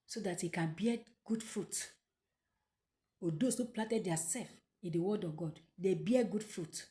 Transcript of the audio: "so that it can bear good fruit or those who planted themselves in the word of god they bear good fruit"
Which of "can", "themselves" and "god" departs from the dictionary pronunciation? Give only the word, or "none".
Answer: themselves